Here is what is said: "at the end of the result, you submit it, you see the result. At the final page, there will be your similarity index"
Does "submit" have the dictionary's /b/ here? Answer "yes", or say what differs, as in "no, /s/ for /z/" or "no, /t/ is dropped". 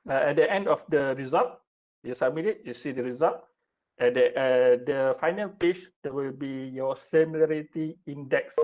no, /b/ is dropped